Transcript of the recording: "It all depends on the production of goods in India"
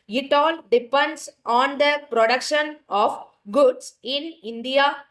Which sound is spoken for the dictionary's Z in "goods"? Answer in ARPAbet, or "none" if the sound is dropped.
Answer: S